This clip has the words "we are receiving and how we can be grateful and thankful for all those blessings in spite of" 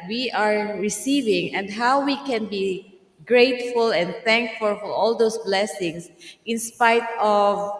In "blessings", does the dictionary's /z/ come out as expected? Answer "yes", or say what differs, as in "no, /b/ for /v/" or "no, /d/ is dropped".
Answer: no, /s/ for /z/